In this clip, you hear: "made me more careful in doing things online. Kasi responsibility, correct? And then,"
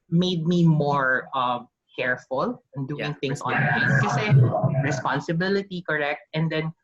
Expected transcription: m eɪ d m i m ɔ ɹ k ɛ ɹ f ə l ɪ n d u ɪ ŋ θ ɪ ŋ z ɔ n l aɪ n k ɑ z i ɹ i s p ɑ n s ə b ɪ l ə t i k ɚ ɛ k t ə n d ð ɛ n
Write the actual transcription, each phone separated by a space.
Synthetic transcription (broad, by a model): m eɪ d m i m ɔ ɹ k ɛ ɹ f ə l ɪ n d u ɪ ŋ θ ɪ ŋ s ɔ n aɪ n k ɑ s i ɹ i s p ɑ n s ə b ɪ l ə t i k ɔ ɛ k t ə n d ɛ n